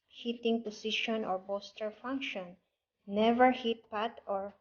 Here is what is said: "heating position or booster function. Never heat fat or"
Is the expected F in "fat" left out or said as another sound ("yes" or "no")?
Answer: yes